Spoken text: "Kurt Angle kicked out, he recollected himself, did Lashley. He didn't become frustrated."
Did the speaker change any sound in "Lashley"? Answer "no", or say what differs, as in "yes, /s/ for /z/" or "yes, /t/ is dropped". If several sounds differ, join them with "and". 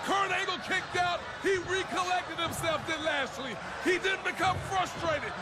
yes, /s/ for /ʃ/